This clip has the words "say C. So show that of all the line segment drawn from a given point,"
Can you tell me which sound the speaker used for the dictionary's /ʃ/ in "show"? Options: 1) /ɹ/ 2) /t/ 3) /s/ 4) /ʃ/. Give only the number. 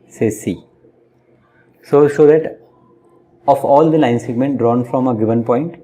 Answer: 3